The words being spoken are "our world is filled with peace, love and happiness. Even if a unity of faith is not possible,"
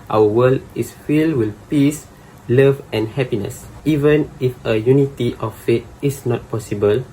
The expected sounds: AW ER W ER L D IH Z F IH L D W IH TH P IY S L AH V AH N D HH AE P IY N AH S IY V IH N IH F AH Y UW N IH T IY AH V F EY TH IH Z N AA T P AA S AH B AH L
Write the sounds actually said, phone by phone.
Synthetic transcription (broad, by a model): AW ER W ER L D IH S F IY L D W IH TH P IY S L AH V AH N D HH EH P IY N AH S IY V IH N IH F AH Y UW N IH T IY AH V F EY T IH S N AA T P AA S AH B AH L